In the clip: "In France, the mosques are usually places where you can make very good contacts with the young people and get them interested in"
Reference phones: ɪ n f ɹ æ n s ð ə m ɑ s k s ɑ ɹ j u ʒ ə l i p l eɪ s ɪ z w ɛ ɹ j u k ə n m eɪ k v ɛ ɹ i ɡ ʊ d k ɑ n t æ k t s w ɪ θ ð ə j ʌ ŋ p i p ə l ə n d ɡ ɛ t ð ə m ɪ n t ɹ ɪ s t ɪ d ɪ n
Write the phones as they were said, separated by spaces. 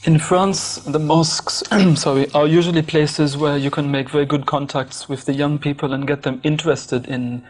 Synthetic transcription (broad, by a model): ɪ n f ɹ æ n s ð ə m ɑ s k s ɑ ɹ j u ʒ ə l i p l eɪ s ɪ z w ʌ ɹ j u k ə n m eɪ k v ɛ ɹ i ɡ ʊ d k ɑ n t æ k t s w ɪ ð ə j ʌ ŋ p i p ə l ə n ɡ ɛ t ð ə m ɪ n t ɹ ɪ s t ɪ d ɪ n